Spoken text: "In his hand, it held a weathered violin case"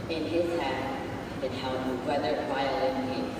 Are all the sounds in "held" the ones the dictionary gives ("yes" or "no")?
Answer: no